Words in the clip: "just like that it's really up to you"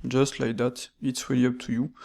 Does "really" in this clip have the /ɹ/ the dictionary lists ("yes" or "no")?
no